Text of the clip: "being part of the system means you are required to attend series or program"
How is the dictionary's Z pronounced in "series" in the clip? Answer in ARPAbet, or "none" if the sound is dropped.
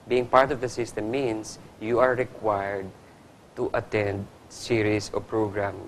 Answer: S